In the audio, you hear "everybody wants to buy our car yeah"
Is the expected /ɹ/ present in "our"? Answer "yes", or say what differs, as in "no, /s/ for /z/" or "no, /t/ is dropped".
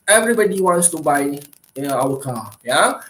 no, /w/ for /ɹ/